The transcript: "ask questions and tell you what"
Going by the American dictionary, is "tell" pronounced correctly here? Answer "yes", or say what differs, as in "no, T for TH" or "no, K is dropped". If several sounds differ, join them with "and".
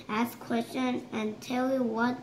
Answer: yes